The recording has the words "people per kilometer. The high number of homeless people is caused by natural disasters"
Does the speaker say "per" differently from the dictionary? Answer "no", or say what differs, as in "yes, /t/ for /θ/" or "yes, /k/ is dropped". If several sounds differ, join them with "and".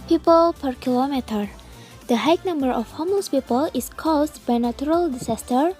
no